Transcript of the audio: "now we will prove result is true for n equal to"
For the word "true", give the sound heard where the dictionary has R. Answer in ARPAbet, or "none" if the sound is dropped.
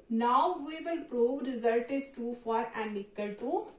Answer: none